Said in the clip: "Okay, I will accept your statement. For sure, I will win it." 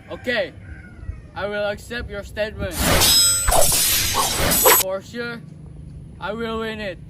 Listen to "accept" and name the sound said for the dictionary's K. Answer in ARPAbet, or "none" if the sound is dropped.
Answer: K